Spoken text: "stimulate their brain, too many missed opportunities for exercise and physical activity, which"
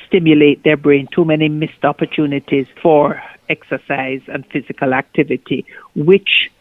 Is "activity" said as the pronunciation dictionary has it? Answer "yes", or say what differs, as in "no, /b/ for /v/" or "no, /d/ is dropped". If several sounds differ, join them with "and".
yes